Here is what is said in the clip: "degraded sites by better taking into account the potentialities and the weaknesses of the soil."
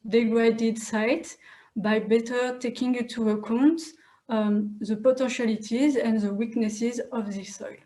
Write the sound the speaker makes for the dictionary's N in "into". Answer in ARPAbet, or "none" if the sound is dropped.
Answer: none